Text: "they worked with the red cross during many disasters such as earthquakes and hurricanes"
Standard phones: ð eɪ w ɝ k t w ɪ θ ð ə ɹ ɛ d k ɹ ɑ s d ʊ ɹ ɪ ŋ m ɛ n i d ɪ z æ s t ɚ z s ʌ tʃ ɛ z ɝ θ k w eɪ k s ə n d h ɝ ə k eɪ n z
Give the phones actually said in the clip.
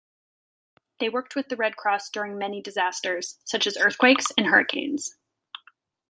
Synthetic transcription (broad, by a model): ð eɪ w ɝ k t w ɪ ð ə ɹ ɛ d k ɹ ɑ s d ʊ ɹ ɪ ŋ m ɛ n i d ɪ z æ s t ɚ z s ʌ tʃ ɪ z ɝ θ k w eɪ k s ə n h ɝ ə k eɪ n z